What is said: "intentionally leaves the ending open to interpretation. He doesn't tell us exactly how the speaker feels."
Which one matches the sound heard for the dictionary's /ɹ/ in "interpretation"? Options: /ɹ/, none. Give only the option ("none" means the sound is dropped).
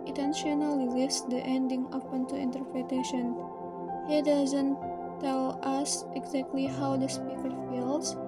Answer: /ɹ/